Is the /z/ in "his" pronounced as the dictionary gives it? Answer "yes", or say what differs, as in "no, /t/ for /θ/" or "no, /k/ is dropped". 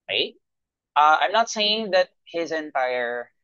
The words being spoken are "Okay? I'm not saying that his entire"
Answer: yes